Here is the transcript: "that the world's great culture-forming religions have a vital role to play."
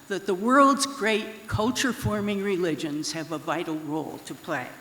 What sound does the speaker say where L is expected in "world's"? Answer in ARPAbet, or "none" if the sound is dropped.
L